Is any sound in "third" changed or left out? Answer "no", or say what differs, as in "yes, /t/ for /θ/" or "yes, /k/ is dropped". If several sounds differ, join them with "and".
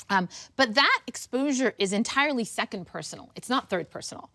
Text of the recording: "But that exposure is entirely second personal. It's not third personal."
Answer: no